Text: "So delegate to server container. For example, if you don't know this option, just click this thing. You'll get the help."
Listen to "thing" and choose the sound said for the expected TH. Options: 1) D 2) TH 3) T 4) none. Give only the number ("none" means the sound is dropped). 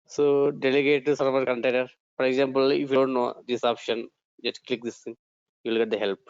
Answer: 3